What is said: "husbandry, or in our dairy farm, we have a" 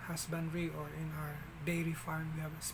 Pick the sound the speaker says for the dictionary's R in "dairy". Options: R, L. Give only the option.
L